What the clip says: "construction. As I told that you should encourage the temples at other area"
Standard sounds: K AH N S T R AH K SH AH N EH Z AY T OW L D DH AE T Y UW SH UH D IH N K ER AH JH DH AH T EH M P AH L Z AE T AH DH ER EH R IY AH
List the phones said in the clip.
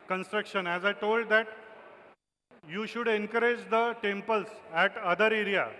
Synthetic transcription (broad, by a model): K AH N S T R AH K SH AH N EH Z AY T OW L D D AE T Y UW SH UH D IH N K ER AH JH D AH T EH M P AH L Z AE T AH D ER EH R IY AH